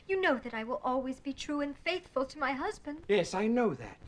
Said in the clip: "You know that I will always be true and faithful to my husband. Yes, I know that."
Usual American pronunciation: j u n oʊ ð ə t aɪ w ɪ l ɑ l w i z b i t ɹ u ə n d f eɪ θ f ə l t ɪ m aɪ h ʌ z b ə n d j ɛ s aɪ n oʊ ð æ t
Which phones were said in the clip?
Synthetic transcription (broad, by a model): j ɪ n oʊ ð ə t aɪ w ɪ l ɑ l w i z b i t ɹ u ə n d f eɪ θ f ə l t ɪ m aɪ h ʌ z b ə n d j ɛ s aɪ n oʊ ð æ t